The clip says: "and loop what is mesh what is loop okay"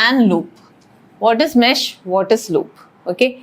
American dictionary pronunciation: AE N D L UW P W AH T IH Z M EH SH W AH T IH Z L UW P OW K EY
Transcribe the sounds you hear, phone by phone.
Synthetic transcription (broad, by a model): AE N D L UW P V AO T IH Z M EH SH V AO T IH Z L UW P OW K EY